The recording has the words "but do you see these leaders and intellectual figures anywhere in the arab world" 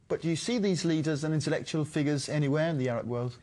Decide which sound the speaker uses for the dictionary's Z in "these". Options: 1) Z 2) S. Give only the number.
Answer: 1